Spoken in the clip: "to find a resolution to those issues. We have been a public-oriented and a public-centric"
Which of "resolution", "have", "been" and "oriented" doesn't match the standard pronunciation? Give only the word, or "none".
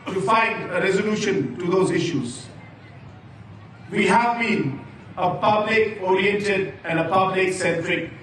none